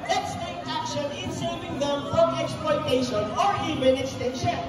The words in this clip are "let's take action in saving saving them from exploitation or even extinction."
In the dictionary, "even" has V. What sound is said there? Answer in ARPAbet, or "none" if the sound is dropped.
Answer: B